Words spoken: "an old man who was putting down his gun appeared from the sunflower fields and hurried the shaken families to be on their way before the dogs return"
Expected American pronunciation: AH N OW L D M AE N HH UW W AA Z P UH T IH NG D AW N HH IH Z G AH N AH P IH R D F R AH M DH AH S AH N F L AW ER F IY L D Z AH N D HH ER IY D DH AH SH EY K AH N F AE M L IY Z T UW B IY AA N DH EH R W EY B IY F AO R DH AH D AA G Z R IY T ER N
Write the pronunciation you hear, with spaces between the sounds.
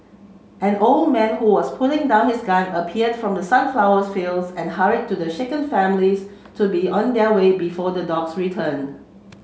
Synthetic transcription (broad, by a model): AH N OW L D M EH N HH UW W AA S P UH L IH NG D AW N HH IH S G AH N AH P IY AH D F R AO M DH AH S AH N F L AW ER F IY L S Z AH N HH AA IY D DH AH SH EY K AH N F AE M L IY S T UW B IY AA N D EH W EY B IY F AO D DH AH D AA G S R IY T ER N